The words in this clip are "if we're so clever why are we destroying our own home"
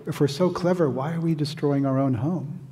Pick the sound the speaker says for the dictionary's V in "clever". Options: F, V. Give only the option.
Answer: V